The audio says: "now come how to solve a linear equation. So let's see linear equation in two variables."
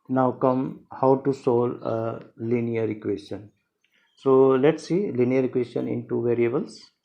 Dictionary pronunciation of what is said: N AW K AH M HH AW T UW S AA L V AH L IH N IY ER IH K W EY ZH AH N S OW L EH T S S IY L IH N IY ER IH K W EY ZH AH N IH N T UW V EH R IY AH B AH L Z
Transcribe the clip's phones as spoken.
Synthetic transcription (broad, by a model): N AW K AH M HH AW T UW S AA L AH L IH N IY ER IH K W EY S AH N S OW L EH T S S IY L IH N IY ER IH K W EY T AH N IH N T UW V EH R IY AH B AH L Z